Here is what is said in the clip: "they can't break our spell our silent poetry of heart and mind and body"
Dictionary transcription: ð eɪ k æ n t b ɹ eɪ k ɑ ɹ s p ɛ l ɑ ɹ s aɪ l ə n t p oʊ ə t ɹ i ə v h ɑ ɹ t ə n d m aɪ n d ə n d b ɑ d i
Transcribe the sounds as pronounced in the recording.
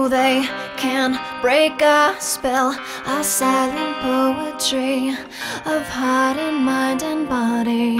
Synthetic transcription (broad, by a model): ð eɪ k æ n b ɹ eɪ k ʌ s p ɛ l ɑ s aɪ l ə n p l oʊ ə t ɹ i ə v h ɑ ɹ t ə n m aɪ d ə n b ɑ d i